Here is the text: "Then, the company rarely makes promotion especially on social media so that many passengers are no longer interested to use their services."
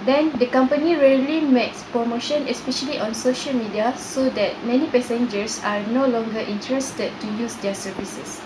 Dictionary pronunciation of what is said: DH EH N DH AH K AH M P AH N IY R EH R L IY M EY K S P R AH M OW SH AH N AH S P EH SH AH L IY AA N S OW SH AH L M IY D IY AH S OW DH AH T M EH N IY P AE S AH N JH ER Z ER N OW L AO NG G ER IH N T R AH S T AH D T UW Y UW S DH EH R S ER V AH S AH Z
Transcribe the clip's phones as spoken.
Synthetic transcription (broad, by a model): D EH N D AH K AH M P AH N IY R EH L IY M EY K S P R AH M OW SH AH N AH S P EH SH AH L IY AA N S OW SH AH L M IY D IY AH S OW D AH T M EH N IY P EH S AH N JH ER S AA N OW L AO NG G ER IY N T R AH S T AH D T UW Y UW S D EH S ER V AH S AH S